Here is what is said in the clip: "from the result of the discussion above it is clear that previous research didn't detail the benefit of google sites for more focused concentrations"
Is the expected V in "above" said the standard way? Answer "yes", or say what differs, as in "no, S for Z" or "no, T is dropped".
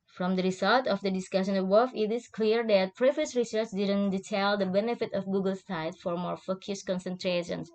no, F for V